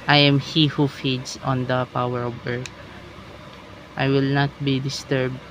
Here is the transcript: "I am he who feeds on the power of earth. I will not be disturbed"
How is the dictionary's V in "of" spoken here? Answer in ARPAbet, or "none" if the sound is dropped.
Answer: B